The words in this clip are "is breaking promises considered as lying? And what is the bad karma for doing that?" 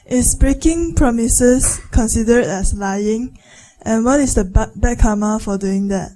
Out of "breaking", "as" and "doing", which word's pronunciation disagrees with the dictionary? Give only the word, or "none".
as